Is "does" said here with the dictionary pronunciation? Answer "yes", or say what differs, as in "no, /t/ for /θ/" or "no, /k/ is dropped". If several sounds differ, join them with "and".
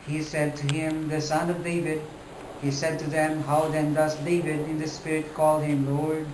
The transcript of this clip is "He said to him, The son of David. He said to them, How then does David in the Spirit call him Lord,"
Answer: no, /s/ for /z/